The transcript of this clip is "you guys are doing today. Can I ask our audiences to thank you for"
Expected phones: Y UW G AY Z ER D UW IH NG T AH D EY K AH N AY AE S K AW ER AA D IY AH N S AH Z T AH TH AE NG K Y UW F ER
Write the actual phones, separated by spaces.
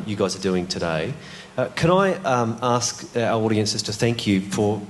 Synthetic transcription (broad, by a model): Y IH G AY Z ER D UW IH NG T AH D EY K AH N AY AE S K AW ER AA D IY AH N S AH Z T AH TH AE NG K Y UW F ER